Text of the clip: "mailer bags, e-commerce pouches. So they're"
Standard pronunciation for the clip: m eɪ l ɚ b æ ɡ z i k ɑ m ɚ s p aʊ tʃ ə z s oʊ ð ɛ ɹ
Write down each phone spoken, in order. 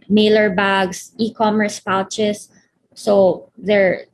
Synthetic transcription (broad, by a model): m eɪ l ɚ b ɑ ɡ s i k ɑ m ɚ s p aʊ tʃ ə s oʊ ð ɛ ɹ